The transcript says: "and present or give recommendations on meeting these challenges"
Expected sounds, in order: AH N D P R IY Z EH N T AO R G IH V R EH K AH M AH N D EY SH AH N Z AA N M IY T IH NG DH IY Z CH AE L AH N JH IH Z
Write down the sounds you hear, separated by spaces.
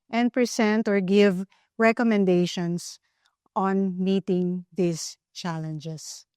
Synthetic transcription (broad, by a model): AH N D P R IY S EH N T AO R G IH V R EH K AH M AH N D EY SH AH N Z AA N M IY T IH NG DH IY S CH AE L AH N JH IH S